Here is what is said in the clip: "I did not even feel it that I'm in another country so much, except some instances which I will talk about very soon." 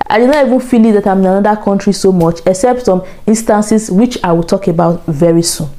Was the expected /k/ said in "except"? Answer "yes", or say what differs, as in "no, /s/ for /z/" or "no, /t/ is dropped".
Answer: yes